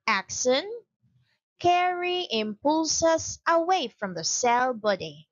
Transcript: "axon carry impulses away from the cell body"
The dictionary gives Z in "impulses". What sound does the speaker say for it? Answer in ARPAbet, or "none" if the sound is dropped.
S